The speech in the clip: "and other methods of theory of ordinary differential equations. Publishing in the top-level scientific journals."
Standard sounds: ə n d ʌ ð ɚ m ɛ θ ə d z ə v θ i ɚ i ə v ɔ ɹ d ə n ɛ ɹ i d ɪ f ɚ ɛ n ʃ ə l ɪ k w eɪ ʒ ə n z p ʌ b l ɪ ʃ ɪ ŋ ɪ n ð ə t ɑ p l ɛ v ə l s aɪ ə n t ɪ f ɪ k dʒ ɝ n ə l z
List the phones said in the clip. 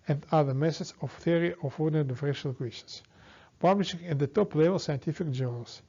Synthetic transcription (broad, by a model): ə n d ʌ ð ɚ m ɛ s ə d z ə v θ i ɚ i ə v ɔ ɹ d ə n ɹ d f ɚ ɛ ʃ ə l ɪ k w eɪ ʃ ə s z p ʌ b l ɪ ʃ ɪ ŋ ɪ n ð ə t ɑ p l ɛ v ə l s aɪ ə n t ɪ f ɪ k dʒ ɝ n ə l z